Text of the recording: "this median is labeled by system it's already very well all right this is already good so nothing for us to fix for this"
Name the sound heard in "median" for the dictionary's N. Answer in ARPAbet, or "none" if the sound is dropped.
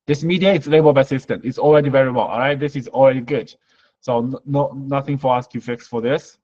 none